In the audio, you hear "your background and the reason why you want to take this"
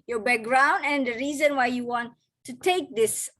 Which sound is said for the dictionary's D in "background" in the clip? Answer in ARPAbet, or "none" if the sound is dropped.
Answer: D